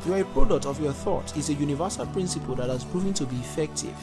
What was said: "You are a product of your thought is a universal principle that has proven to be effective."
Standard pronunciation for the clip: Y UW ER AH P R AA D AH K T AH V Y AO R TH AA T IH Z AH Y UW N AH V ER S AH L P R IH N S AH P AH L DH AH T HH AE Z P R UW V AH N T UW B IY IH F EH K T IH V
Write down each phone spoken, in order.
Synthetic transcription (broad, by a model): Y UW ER AH P R AA D AH K T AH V Y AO TH AA T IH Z AH Y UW N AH V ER S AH L P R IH N S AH P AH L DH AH T HH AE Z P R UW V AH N T UW B IY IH F EH K T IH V